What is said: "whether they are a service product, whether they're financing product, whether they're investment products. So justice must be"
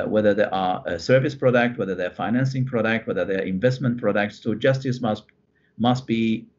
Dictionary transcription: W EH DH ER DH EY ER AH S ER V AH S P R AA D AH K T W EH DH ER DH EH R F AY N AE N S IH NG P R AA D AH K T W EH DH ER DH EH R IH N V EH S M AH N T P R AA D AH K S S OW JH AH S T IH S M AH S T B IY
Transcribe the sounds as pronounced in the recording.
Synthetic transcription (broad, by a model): W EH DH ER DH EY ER AH S ER V AH S P R AA D AH K T W EH DH ER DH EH F AY N AE N S IH NG P R AA D AH K T W EH DH ER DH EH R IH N V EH S M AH N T P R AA D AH K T S OW JH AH S T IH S M AH S T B IY